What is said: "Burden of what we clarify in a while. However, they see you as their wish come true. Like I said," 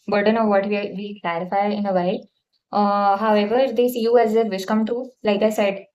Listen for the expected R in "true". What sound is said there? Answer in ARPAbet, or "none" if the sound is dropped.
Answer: none